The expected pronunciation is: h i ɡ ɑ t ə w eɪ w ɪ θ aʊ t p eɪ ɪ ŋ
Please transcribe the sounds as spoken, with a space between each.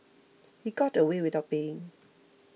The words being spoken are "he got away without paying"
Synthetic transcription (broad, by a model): h i ɡ ɑ t ə w eɪ w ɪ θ aʊ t b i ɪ ŋ